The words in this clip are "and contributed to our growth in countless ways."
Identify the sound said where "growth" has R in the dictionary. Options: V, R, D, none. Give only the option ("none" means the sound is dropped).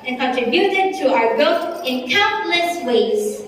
none